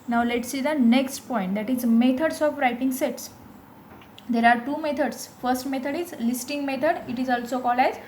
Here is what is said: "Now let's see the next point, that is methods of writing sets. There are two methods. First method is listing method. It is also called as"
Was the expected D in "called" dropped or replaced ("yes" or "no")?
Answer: yes